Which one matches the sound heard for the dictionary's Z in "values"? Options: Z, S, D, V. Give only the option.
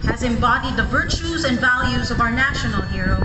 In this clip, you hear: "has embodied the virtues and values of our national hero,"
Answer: Z